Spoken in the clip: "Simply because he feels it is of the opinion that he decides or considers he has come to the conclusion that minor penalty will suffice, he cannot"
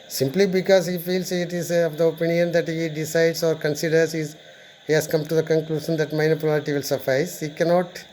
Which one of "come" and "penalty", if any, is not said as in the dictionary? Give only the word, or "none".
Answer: penalty